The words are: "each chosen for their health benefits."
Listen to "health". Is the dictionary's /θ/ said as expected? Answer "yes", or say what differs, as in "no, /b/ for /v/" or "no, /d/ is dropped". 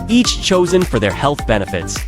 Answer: yes